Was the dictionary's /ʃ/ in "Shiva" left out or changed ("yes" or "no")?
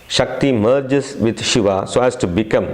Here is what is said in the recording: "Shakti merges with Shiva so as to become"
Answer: no